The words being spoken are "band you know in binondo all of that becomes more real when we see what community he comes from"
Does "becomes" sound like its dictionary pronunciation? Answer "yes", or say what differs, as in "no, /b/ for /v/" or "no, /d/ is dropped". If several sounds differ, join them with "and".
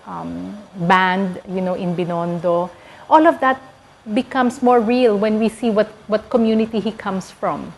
no, /s/ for /z/